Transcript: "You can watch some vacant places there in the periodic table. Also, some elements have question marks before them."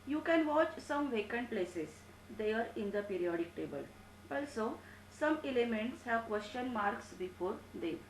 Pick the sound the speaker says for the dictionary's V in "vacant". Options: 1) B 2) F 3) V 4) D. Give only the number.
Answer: 3